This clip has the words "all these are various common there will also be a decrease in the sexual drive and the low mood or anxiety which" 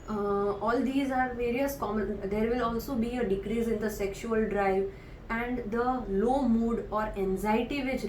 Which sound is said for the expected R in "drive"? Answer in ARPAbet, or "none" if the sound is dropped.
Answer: R